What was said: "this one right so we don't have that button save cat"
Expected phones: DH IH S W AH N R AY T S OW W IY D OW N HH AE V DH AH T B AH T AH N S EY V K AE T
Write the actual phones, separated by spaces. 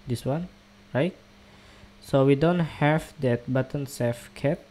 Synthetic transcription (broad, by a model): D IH S W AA N R AY T S OW W IY D OW N HH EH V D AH T B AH T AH N S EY F K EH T